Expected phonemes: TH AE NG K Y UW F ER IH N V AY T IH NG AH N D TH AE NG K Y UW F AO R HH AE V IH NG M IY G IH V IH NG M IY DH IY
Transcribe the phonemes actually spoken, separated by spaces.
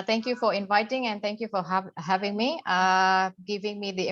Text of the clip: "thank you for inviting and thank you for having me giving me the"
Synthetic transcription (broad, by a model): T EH NG K Y UW F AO IH N V AY T IH NG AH N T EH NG K Y UW F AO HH HH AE V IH NG M IY G IH V IH NG M IY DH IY